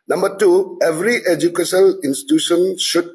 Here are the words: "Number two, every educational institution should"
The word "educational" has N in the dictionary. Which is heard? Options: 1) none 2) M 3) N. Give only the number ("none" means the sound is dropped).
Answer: 1